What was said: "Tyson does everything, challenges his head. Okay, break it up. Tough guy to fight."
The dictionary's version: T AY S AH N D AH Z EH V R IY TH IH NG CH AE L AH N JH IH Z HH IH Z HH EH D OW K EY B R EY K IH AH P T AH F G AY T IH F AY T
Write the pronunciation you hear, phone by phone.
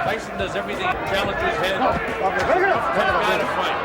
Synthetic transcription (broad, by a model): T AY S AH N D AH Z EH V R IY TH IH NG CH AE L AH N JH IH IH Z HH EH D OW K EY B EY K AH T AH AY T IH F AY